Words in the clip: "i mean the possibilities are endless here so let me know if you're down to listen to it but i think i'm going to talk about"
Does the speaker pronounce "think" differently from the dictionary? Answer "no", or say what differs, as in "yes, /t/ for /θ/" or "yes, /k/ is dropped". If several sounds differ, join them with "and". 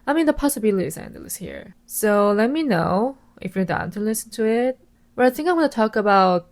no